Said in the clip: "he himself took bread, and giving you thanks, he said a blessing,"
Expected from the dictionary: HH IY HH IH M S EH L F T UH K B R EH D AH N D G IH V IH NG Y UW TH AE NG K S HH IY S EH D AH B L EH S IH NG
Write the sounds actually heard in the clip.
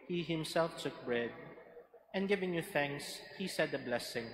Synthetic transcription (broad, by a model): HH IY HH IH M S EH L F T UH K B R EH D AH N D G IH V IH NG Y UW TH AE NG K S HH IY S EH D AH B L EH S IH NG